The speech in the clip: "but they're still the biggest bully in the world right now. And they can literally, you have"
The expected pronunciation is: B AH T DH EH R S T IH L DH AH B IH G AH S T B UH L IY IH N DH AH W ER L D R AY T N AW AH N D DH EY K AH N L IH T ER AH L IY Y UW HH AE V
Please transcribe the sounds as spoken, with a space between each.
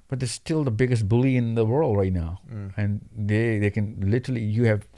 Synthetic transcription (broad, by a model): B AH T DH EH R S T IH L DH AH B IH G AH S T B UH L IY IH N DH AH W ER L D R AY T N AW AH N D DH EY K AH N L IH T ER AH L IY Y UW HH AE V